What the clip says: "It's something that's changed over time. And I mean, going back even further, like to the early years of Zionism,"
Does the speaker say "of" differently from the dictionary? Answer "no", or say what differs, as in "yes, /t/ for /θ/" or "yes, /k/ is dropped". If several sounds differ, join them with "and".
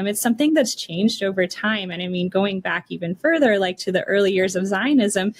no